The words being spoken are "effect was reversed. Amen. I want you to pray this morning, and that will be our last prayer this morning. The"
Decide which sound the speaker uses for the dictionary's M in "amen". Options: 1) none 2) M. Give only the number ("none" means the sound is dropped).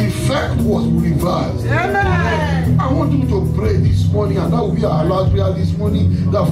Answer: 1